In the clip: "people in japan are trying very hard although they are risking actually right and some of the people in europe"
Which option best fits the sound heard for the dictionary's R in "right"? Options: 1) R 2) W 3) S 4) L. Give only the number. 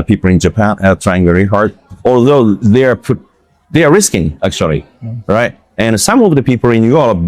1